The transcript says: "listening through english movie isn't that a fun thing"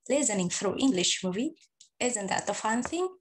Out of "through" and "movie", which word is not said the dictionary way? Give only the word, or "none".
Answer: through